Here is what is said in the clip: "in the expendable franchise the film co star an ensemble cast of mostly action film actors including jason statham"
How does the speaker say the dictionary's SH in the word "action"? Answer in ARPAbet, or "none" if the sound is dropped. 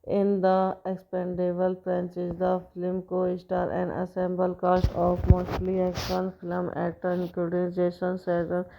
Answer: none